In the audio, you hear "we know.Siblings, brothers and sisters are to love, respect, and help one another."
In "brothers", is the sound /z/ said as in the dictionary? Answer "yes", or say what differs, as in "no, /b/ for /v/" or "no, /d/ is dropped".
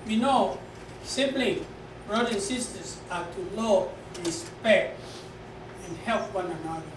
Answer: no, /z/ is dropped